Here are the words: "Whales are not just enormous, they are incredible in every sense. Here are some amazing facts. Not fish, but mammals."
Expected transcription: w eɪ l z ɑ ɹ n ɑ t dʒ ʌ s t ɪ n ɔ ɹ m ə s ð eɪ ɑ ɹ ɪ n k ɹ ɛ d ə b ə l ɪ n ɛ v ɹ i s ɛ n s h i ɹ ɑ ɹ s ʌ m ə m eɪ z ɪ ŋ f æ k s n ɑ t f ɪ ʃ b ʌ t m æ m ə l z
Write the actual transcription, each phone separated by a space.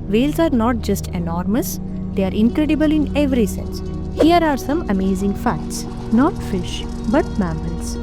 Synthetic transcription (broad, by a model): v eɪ l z ɑ ɹ n ɑ t dʒ ʌ s t ɪ n ɔ ɹ m ə s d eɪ ɑ ɹ ɪ n k ɹ ɛ d ə b ə l ɪ n ɛ v ɹ i s ɛ n s h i ɹ ɑ ɹ s ʌ m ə m eɪ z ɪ ŋ f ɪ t s n ɑ t f ɪ ʃ b ʌ t m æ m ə l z